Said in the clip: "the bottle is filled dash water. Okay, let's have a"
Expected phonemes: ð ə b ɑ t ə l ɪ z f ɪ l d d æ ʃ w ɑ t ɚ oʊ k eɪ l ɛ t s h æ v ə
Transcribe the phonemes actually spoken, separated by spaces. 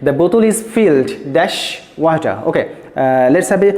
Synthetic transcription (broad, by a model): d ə b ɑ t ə l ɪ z f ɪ l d d æ ʃ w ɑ t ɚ oʊ k eɪ l ɛ t s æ b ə